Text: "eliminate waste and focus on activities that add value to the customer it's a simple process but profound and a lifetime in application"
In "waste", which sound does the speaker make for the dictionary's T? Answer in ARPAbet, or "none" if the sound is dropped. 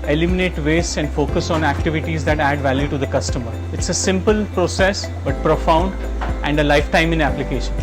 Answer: none